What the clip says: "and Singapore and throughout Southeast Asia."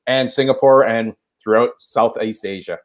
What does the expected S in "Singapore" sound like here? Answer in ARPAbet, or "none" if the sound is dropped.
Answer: S